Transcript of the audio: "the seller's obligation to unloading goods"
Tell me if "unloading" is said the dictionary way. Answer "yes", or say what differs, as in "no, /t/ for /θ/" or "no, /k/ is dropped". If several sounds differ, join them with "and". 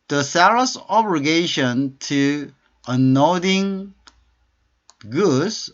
no, /l/ is dropped